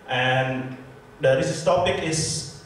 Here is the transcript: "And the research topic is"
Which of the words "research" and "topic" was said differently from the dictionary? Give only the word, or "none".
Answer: research